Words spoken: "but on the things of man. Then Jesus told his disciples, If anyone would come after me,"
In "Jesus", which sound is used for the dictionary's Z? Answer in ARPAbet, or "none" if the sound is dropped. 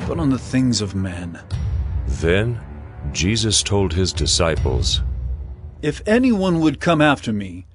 Z